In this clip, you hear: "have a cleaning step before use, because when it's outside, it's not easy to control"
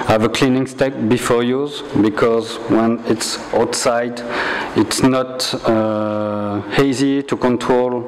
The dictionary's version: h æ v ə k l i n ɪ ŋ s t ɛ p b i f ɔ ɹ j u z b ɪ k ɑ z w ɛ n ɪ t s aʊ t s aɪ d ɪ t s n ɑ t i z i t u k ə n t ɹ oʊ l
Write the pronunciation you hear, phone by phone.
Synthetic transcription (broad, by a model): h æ v ə k l i n ɪ ŋ s t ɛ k b i f ɔ ɹ j u z b ɪ k ɑ z w ɛ n ɪ t s aʊ t s aɪ d ɪ t s n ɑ t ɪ z i t u k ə n t ɹ oʊ l